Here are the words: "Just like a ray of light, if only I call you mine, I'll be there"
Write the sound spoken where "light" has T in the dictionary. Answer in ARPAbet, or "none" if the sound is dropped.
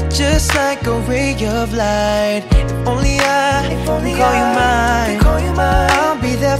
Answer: none